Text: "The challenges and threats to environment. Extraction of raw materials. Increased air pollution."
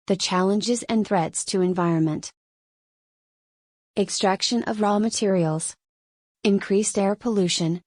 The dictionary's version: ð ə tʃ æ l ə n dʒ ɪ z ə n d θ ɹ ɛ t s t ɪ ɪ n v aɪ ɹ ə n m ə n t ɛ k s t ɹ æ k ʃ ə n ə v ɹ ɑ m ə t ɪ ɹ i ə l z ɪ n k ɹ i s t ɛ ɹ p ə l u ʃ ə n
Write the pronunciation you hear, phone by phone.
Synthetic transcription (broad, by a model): ð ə tʃ æ l ə n dʒ ɪ z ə n θ ɹ ɛ t s t ɪ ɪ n v aɪ ɹ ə n m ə n t ɛ k s t ɹ æ k ʃ ə n ə v ɹ ɑ m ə t ɪ ɹ i l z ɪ n k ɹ i s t ɛ ɹ p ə l u ʃ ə n